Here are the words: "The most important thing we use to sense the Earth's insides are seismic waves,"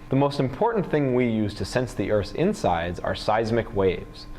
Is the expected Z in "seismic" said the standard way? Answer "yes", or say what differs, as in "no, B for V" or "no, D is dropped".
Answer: yes